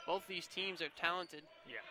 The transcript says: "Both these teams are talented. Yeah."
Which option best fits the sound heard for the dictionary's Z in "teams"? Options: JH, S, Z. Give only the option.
Z